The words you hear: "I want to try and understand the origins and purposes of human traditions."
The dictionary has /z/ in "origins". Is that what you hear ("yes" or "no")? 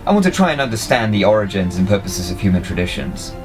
yes